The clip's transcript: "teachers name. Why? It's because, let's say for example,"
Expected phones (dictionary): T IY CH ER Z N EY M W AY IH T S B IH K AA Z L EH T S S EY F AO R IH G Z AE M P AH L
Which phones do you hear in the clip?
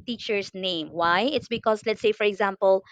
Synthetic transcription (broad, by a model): T IY CH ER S N EY M W AY IH T S B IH K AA S L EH T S S EY F AO R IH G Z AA M P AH L